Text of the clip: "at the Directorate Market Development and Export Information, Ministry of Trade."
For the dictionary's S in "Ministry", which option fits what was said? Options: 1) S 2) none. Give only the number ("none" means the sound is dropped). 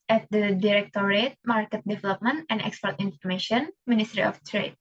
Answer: 1